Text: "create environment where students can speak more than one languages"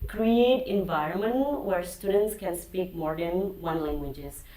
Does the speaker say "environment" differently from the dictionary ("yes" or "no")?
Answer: no